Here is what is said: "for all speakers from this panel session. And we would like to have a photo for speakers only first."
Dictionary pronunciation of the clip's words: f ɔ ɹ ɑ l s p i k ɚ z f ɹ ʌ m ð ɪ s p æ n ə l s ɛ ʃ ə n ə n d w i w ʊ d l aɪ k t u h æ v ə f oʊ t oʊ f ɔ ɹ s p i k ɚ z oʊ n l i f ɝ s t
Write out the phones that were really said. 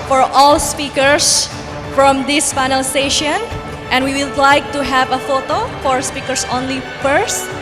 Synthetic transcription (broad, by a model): f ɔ ɹ ɑ l s p i k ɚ s f ɹ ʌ m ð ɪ s f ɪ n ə l s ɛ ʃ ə n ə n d w i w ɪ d l aɪ k t u h æ v ə f oʊ t oʊ f ɔ ɹ s p i k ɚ s oʊ n l i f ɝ s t